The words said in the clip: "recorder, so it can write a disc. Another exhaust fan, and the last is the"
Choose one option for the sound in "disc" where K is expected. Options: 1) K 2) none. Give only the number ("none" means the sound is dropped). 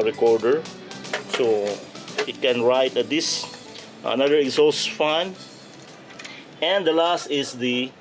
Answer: 2